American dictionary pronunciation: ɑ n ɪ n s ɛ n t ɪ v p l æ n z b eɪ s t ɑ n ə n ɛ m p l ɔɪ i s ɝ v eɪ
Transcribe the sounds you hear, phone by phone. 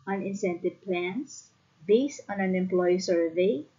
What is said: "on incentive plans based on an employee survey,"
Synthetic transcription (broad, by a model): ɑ n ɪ n s ɛ n t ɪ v p l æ n s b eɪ s ɑ n ə n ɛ m p l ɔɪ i s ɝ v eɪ